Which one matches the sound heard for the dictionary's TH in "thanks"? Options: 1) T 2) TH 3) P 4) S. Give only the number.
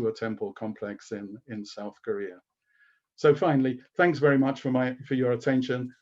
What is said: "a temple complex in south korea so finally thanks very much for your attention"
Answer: 2